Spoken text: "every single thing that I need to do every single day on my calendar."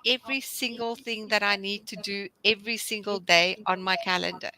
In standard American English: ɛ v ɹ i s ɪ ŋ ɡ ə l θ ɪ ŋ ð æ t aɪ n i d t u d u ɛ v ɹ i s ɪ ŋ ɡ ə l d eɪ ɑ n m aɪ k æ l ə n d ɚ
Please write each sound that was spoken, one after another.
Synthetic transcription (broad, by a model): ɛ v ɹ i s ɪ ŋ ɡ ə l θ ɪ ŋ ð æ t aɪ n i d t u d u ɛ v ɹ i s ɪ ŋ ɡ ə l d eɪ ɑ n m aɪ k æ l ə n d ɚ